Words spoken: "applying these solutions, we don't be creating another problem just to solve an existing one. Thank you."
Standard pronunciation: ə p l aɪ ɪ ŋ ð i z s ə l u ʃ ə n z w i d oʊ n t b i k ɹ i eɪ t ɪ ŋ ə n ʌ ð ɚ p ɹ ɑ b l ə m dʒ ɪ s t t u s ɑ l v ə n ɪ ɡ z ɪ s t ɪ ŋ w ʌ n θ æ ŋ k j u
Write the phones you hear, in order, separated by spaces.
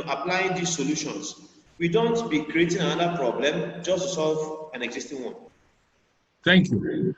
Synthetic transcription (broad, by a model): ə p l aɪ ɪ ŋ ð i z s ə l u ʃ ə n s w i d oʊ n t b i k ɹ i eɪ t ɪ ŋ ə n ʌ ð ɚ p ɹ ɑ b l ə m dʒ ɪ s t t u s ɑ l v ə n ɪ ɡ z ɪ s t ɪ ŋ w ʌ n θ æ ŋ k j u